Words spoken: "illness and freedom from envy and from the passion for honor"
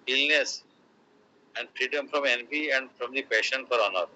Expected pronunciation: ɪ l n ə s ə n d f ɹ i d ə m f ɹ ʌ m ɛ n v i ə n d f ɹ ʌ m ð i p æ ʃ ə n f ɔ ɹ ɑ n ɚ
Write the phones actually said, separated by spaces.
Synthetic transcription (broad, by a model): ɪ l n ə s ə n d f ɹ i d ə m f ɹ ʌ m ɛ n p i ə n d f ɹ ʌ m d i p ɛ ʃ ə n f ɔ ɹ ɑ n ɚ